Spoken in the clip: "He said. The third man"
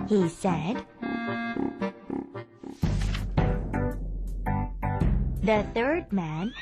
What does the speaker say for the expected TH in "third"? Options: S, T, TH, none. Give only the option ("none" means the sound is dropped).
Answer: TH